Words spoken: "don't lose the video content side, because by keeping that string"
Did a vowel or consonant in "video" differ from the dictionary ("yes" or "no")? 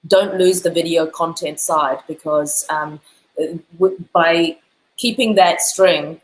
no